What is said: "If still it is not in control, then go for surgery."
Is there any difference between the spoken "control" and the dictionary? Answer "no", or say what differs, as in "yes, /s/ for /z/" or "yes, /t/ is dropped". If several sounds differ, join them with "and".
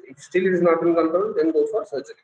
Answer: yes, /ɹ/ is dropped